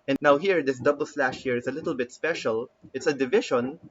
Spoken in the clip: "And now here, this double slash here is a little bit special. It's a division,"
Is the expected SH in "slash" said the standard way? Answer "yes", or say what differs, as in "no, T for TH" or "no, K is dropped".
yes